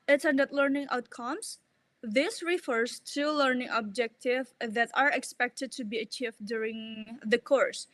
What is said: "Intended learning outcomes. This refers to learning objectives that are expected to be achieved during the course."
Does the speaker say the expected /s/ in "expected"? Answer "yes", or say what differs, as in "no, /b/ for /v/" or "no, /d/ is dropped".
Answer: yes